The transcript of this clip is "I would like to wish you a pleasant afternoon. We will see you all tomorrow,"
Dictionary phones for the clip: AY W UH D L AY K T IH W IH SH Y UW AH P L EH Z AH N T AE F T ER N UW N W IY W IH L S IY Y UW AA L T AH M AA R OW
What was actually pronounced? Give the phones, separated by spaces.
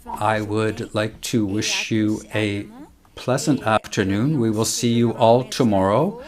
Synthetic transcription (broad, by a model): AY W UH D L AY K T IH W IH SH Y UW AH P L EH Z AH N T AE F T ER N UW N W IY W IH L S IY Y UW AA L T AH M AA R OW